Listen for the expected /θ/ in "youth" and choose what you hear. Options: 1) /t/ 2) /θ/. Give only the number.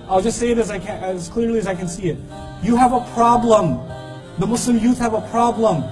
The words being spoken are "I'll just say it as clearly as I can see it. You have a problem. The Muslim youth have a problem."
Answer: 2